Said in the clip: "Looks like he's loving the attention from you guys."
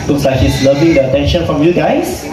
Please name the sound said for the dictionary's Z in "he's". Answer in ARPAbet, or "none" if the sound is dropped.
S